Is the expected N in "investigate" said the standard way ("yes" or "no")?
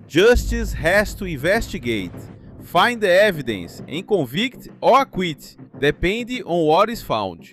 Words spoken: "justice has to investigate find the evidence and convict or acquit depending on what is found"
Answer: no